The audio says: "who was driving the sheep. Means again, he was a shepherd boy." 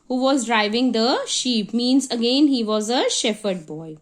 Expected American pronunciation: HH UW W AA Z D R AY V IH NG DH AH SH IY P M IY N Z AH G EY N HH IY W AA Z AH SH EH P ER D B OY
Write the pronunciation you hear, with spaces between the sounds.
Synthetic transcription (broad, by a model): HH UW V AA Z D R AY V IH NG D AH SH IY P M IY N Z AH G EY N HH IY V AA Z AH SH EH F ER D B OY